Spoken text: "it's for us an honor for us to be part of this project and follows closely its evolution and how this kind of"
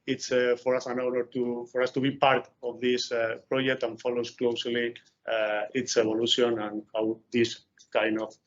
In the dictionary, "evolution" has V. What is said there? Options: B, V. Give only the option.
B